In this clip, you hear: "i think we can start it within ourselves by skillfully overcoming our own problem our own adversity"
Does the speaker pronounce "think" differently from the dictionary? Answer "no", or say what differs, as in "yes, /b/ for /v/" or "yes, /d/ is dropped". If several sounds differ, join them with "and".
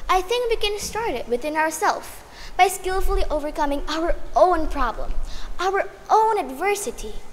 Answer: no